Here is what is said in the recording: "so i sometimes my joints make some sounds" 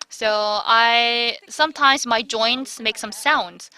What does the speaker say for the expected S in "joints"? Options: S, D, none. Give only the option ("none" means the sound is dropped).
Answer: S